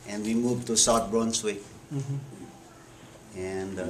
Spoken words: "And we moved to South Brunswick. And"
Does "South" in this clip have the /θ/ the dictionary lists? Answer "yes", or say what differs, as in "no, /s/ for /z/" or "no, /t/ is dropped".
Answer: no, /t/ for /θ/